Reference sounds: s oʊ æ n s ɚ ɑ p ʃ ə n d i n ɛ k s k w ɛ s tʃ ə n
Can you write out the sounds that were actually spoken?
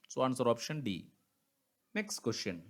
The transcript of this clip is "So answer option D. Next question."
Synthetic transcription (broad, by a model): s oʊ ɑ n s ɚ ɑ p ʃ ə n d i n ɛ k s k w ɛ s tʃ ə n